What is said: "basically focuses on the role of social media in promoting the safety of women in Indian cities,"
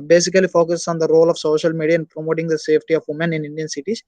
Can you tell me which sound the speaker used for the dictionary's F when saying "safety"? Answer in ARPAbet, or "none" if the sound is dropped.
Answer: P